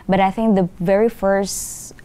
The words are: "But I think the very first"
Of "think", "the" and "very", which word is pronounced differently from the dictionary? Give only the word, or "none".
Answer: none